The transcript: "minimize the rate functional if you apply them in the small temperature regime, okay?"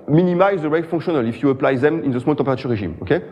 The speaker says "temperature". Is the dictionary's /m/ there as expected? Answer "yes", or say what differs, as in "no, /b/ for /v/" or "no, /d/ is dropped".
no, /m/ is dropped